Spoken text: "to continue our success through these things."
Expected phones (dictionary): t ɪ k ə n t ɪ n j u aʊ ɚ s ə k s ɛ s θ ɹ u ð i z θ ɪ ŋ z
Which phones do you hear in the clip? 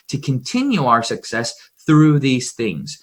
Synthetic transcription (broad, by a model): t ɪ k ə n t ɪ n j u aʊ ɚ s ə k s ɛ s θ ɹ u ð i z θ ɪ ŋ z